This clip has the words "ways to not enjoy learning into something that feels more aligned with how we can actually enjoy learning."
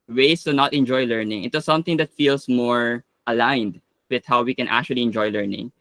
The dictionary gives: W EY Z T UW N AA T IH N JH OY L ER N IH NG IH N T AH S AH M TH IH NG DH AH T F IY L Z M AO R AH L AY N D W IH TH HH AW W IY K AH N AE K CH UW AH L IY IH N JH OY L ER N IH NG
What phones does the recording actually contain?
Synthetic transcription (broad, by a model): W EY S T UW N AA T IH N JH OY L ER N IH NG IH T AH S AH M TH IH NG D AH T F IY L S M AO R AH L AY N D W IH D HH AW W IY K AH N AE K CH UW AH L IY IH N JH OY L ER N IH NG